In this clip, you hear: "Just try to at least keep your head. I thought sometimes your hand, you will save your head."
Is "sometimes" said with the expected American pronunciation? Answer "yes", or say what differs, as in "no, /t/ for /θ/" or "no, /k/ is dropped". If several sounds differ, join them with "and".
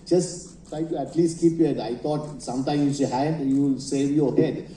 no, /z/ is dropped